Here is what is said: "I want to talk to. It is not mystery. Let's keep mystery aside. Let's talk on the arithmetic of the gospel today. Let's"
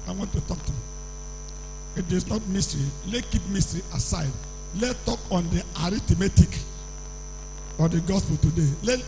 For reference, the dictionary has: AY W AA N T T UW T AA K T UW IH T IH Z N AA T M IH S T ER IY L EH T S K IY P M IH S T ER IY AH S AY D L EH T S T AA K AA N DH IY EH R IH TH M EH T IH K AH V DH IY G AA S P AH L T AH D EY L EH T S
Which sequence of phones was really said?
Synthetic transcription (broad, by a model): AY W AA N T T UW T AA K T UW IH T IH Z N AA T M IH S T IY L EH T K IY P M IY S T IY AH S AY D L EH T T AA K AA N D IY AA R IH T M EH T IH K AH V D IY G AA S P AH L T AH D EY L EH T